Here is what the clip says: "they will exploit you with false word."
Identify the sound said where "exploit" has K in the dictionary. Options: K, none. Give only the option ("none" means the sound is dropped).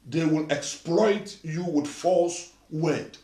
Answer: K